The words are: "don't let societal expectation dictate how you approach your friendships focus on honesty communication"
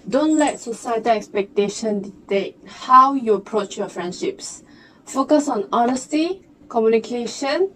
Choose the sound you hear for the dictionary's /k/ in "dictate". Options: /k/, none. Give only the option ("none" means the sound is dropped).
none